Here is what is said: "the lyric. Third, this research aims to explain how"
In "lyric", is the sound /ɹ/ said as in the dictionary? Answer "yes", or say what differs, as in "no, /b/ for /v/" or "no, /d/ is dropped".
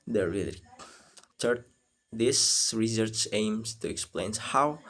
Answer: no, /l/ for /ɹ/